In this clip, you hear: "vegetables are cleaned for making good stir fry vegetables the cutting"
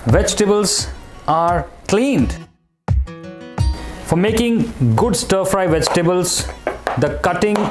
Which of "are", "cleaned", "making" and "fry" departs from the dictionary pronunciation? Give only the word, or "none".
none